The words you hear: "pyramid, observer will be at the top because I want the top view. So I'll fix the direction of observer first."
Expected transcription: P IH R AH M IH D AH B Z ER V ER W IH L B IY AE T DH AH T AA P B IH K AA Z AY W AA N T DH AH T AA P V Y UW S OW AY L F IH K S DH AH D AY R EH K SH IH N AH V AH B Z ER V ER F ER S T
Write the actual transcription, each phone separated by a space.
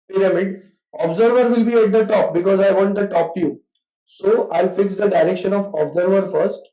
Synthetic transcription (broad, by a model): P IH R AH M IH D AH B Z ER V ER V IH L B IY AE T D AH T AA P B IH K AA Z AY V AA N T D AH T AA P F Y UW S OW AY L F IH K S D AH D AY R EH K SH IH N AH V AH B Z ER V ER F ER S T